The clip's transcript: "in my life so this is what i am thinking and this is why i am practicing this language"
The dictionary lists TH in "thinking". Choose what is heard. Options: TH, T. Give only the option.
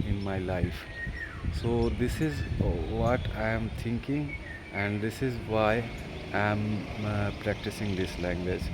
T